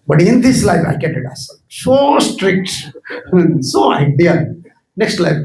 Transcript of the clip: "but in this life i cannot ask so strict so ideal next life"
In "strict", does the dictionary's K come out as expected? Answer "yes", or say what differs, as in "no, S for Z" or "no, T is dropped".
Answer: yes